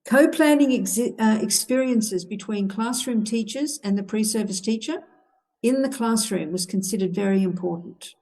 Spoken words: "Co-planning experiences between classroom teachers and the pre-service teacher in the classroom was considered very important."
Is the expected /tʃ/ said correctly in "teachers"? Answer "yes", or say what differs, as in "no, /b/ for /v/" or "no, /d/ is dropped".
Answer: yes